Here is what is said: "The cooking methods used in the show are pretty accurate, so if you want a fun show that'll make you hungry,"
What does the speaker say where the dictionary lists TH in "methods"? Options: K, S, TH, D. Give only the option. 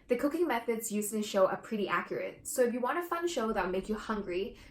TH